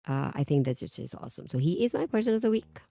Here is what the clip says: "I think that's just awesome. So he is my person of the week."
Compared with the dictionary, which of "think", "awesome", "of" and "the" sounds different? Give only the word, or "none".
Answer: none